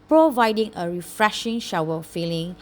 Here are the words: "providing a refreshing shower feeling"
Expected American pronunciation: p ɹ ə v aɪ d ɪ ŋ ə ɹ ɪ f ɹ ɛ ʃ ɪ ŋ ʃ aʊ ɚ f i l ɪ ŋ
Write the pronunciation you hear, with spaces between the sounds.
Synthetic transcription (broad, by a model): p ɹ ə v aɪ d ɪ ŋ ə ɹ ɪ f ɹ ɛ ʃ ɪ ŋ ʃ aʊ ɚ f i l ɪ ŋ